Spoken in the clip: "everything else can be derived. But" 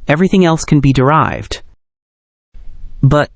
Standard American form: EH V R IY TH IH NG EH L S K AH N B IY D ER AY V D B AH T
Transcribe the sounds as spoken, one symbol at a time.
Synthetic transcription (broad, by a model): EH V R IY TH IH NG EH L S K AH N B IY D ER AY V D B AH T